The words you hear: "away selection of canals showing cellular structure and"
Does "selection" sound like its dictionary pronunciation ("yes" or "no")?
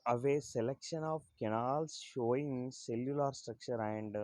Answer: yes